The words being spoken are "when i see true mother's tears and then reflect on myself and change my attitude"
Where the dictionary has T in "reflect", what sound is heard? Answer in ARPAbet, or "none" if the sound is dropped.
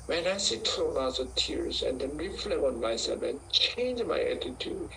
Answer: none